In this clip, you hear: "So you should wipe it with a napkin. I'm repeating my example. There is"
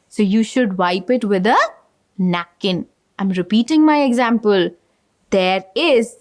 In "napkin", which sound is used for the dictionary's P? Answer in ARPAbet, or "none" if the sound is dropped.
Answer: none